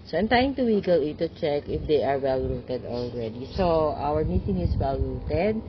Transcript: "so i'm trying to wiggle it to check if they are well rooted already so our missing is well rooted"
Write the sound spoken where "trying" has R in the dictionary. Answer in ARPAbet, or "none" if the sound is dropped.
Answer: none